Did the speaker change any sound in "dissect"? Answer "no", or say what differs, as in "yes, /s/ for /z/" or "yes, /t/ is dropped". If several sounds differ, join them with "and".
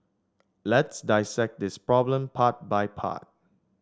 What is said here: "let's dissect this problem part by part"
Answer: no